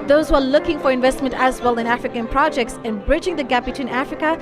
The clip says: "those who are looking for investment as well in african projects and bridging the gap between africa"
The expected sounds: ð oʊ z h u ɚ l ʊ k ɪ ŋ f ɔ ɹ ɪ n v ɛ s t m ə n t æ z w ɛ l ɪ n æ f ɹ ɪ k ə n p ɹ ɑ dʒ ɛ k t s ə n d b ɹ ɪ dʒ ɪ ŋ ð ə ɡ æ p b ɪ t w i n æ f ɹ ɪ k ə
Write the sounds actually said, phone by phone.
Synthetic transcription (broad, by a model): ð oʊ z h u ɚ l ʊ k ɪ ŋ f ɔ ɹ ɪ n v ɛ s t m ə n t æ z w ɛ l ɪ n æ f ɹ ɪ k ə n p ɹ ɑ dʒ ɛ k t s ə n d b ɹ ɪ dʒ ɪ ŋ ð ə ɡ æ p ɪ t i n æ f ɹ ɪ k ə